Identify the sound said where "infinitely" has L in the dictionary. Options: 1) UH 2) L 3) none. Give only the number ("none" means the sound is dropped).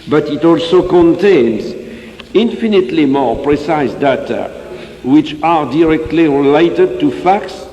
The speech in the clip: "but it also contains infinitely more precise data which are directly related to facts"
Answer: 2